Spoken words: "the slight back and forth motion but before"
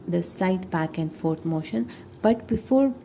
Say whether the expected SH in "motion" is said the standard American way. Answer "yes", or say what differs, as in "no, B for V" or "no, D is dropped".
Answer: yes